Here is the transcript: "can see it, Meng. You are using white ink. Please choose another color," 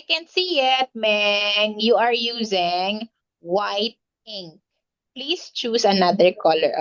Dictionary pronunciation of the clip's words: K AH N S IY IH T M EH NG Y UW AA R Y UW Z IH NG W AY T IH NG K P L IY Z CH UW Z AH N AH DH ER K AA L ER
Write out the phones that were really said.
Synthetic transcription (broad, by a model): K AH N S IY IH T M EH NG Y UW AA R Y UW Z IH NG W AY T IH NG K P L IY S CH UW S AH N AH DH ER K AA L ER